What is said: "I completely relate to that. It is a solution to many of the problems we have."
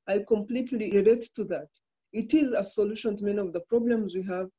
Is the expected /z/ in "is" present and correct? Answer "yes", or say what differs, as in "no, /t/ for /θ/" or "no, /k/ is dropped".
yes